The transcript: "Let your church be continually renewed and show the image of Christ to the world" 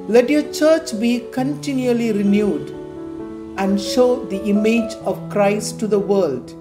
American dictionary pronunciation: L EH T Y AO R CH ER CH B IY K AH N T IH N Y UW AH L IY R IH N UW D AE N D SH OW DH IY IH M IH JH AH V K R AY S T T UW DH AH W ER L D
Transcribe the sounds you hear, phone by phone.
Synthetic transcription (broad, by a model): L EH T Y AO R CH ER CH B IY K AH N T IH N Y UW AH L IY R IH N UW D AE N D SH OW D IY IH M IH JH AH V K R AY S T T UW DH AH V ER L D